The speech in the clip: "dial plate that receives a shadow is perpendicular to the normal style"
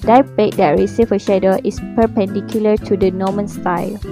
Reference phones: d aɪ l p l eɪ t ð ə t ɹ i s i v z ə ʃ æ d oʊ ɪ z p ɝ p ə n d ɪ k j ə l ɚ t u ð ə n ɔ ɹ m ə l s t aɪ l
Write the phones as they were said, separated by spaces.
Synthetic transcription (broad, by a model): d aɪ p eɪ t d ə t ɹ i s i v ə ʃ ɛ d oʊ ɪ s p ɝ p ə n d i k j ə l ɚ t u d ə n ɔ m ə n s t aɪ l